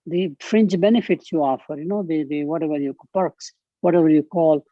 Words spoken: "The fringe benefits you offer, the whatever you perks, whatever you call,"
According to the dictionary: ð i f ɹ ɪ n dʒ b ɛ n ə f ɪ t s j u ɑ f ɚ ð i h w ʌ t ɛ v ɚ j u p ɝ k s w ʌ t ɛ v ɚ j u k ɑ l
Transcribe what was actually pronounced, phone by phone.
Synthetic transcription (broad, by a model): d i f ɹ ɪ n tʃ b ɛ n ə f ɪ t s j u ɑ f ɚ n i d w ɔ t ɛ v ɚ j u p ɝ k s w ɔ t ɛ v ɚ j u k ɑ l